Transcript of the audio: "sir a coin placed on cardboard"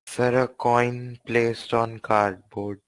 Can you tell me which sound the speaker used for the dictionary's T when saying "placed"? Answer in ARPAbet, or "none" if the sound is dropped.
T